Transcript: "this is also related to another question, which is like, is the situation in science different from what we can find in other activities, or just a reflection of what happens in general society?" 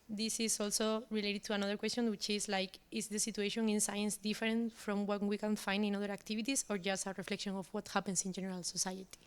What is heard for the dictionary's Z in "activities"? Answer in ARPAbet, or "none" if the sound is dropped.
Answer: S